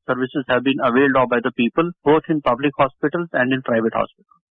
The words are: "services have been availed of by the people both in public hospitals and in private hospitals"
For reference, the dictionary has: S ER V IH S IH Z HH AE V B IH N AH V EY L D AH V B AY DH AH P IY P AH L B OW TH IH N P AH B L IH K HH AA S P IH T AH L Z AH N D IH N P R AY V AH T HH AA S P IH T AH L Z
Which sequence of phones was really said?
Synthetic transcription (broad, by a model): S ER V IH S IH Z HH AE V B IH N AH V EY L D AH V B AY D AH P IY P AH L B OW T IH N P AH B L IH K HH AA S P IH T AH L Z AH N D IH N P R AY V AH T HH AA S P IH T AH L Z